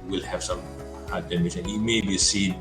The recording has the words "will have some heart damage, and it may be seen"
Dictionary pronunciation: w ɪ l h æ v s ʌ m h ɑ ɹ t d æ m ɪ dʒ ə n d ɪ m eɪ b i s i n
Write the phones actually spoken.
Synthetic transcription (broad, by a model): w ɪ l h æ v s ʌ m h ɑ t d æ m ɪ ʃ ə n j ɪ m eɪ b i s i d